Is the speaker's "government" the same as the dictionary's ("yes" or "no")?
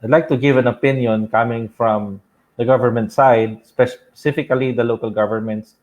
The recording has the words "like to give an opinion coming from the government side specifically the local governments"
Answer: yes